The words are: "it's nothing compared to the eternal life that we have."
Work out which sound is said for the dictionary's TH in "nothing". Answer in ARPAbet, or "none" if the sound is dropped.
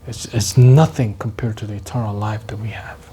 TH